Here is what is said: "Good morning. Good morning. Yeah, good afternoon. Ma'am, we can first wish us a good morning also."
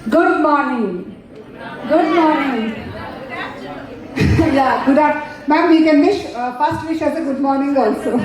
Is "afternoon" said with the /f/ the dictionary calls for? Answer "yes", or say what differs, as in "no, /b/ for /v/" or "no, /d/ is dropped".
no, /f/ is dropped